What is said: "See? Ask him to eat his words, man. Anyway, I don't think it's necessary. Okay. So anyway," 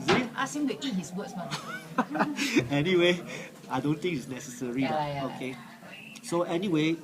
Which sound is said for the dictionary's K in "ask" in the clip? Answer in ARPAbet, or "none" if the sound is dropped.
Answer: none